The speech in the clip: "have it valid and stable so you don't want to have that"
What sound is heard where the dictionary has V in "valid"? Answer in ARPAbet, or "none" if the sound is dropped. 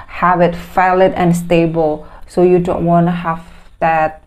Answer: F